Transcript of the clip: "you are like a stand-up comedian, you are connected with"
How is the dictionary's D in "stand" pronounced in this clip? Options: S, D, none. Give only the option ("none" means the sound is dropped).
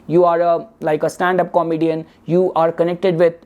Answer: D